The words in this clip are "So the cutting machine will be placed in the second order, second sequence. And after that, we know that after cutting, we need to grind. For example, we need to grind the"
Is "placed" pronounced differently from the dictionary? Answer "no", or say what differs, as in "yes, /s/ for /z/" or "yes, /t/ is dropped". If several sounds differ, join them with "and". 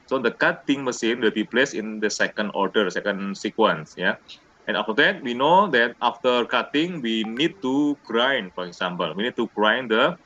yes, /t/ is dropped